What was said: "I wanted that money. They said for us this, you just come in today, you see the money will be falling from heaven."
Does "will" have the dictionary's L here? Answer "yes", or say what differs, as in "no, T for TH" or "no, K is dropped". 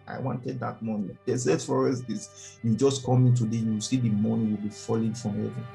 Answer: yes